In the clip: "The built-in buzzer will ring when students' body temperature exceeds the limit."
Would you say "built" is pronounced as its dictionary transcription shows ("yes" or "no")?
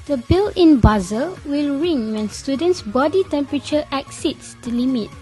no